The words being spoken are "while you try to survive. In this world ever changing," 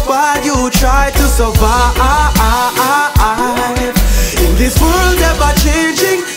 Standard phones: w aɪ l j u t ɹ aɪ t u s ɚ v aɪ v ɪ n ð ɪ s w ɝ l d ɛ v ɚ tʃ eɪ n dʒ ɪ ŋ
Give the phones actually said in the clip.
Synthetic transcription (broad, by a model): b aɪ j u t ɹ aɪ t u s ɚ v aɪ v ɪ n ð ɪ s w ɝ l d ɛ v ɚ tʃ eɪ n dʒ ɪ ŋ